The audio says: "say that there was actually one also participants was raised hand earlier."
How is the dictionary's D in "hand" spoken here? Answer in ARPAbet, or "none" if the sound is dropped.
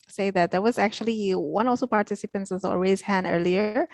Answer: none